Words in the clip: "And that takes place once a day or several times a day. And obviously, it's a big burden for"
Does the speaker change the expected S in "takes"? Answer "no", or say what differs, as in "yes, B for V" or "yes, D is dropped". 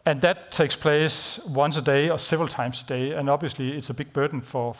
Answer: no